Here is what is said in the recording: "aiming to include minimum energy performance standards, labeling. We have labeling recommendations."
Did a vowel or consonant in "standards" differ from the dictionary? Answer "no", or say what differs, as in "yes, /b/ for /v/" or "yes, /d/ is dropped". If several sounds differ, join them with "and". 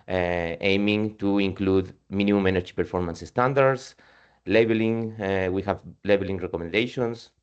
yes, /s/ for /z/